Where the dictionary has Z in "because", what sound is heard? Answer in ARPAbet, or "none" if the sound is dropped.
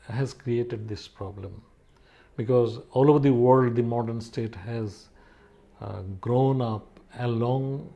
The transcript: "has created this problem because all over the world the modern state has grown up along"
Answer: Z